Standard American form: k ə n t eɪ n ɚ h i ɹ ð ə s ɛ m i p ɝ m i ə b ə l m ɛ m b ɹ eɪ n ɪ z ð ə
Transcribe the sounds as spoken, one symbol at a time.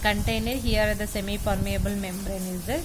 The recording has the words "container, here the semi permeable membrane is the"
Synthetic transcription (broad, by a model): k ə n t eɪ n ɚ h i ɹ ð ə s ɛ m i f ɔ m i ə b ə l m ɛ m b ɹ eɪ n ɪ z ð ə